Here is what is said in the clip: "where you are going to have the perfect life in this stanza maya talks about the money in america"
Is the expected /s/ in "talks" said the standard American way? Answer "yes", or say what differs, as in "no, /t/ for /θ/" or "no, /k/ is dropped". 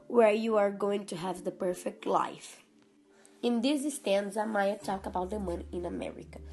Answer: no, /s/ is dropped